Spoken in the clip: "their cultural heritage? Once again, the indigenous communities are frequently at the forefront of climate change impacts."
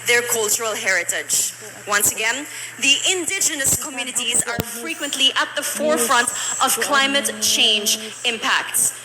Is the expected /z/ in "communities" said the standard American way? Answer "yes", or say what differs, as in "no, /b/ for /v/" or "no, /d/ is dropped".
yes